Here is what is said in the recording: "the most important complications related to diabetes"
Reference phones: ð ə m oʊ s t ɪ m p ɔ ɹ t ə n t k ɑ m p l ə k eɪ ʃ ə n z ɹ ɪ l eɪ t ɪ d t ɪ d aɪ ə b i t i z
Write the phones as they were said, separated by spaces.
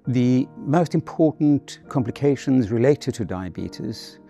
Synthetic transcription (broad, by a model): ð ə m oʊ s t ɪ m p ɔ ɹ t n k ɑ m p l ə k eɪ ʃ ə n z ɹ ɪ l eɪ t ɪ d t ɪ d aɪ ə b i t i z